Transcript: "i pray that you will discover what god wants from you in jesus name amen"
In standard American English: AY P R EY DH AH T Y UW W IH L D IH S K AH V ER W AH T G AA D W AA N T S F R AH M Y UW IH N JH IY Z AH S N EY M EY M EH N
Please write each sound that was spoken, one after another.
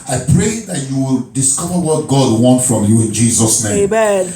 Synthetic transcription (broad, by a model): AY P R EY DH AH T Y UW W IH L D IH S K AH V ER W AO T G AA D W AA N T F R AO M Y UW IH N JH IY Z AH S N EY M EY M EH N